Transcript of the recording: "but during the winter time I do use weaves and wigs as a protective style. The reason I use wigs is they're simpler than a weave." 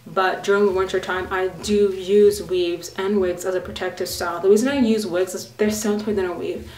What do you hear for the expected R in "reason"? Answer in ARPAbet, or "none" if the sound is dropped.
W